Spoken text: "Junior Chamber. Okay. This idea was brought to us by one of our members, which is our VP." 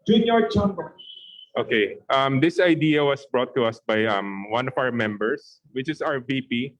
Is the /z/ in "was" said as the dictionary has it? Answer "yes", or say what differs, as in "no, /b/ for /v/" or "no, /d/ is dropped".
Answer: no, /s/ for /z/